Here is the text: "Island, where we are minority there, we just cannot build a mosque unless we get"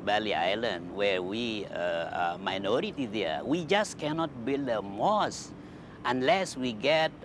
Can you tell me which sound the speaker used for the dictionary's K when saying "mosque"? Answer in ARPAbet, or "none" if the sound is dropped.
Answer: none